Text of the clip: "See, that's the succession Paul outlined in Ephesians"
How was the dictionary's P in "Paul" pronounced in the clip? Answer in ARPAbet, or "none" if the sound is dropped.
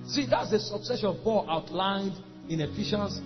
B